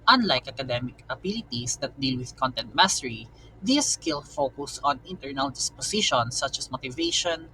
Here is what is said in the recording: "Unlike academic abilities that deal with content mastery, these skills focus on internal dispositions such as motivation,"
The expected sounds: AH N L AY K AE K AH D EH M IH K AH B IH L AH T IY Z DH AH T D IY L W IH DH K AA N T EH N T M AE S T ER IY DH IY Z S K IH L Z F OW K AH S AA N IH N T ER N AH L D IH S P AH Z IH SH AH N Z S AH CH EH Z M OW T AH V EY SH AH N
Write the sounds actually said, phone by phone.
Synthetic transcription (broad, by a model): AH N L AY K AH K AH D EH M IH K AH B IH L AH T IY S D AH T D IY L W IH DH K AA N T EH N T M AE S T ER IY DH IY S K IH L F OW K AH S AA N IH N T ER N AH L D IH S P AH S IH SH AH N S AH CH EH S M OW T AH V EY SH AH N